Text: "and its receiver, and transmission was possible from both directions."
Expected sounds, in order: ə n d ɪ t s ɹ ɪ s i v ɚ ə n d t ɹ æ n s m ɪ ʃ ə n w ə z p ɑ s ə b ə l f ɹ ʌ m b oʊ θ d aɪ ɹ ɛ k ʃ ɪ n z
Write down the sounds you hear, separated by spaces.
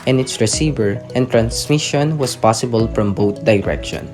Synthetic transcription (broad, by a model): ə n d ɪ t s ɹ ɪ s i v ɚ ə n t ɹ æ n s m ɪ ʃ ə n w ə s p ɑ s ə b ə l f ɹ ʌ m b oʊ t d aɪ ɹ ɛ k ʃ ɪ n